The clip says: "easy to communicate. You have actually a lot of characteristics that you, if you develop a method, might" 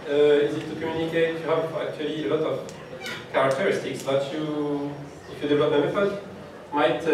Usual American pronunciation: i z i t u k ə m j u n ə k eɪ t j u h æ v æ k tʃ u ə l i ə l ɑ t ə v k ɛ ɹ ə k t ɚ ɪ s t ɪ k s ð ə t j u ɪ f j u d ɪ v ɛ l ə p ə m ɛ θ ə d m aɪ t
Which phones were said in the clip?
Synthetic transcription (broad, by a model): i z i t u k ə m j u n ə k eɪ t j u h æ v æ k tʃ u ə l i ə l ɑ t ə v k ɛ ɹ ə k t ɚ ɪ s t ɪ k s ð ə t j u ɪ f j u d ɪ v ɛ l ə p ə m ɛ f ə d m aɪ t